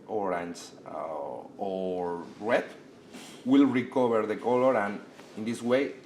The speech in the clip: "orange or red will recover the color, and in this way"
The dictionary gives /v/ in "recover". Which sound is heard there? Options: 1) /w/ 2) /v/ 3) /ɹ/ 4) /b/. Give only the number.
4